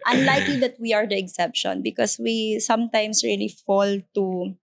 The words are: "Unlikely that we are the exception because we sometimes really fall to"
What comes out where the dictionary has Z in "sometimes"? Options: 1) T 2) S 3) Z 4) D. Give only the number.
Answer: 2